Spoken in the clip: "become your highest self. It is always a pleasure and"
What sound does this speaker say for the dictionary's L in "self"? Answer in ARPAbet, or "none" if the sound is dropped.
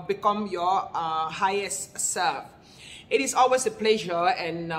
none